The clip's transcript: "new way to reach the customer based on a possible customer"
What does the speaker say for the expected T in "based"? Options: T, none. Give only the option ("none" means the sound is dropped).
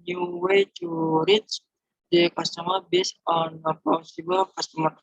none